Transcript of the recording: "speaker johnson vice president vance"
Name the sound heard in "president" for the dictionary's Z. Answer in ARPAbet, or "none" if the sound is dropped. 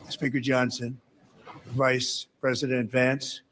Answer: Z